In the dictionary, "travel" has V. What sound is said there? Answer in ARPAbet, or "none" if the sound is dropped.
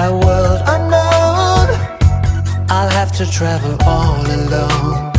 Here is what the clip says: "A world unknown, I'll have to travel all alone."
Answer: V